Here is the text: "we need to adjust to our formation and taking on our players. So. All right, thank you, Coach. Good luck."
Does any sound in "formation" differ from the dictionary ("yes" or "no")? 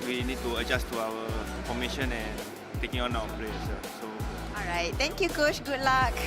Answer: yes